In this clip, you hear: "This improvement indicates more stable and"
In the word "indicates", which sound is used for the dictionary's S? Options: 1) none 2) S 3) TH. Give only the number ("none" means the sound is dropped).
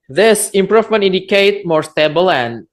1